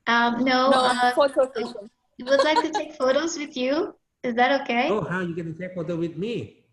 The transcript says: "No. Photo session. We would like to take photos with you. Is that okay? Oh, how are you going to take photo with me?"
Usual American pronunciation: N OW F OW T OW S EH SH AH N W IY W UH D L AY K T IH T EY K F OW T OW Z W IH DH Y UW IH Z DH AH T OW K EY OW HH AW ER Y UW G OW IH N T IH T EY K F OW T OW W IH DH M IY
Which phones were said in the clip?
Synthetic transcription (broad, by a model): N OW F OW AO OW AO AH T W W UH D L AY K T IH T EY K F OW T OW Z W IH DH Y UW IH Z DH AH T OW K EY OW HH AW Y UW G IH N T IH T EY K F OW T OW W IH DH M IY